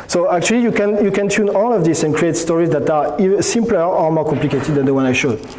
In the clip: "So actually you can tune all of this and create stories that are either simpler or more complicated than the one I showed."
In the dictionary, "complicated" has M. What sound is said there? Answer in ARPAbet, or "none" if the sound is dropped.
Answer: M